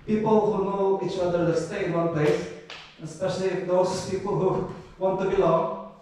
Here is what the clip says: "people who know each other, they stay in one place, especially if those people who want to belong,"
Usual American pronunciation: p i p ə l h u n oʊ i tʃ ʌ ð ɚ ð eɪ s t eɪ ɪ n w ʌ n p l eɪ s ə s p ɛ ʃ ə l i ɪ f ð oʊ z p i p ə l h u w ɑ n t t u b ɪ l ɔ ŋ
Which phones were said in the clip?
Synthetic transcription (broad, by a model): p i p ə l h u n oʊ i tʃ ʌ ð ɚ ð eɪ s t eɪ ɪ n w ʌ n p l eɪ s ə s p ɛ ʃ ə l i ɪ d oʊ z p i p ə l h u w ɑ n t t u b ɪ l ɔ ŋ